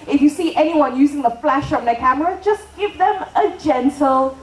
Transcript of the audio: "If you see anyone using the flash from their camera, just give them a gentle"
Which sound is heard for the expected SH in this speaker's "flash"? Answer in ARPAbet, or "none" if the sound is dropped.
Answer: SH